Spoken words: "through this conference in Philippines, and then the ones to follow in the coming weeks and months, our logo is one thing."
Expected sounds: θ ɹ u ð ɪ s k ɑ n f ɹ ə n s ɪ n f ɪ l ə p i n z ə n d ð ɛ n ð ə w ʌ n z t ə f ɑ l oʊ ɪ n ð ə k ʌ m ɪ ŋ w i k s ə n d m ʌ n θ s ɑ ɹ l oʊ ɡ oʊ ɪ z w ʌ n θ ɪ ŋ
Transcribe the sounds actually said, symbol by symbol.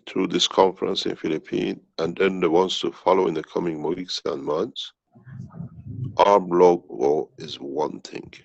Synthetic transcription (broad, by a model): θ ɹ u ð ɪ s k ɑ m f ɹ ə n s ɪ n f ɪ l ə p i n ə n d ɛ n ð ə w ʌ n s t ə f ɑ l oʊ ɪ n ð ə k ʌ m ɪ ŋ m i k s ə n m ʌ n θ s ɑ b l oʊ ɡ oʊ ɪ z w ʌ n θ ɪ ŋ